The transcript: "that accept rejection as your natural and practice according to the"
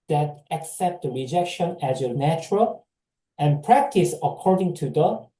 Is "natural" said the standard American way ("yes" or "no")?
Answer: yes